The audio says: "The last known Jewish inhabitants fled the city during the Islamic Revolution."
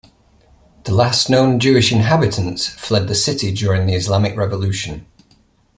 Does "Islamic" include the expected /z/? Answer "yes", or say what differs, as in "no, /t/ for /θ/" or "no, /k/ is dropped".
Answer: yes